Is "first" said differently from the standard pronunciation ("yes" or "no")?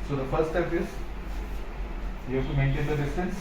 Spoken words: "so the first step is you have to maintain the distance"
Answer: yes